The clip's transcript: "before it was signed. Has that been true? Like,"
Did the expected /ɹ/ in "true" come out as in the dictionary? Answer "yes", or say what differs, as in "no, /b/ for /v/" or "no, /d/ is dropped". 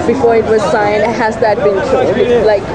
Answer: no, /l/ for /ɹ/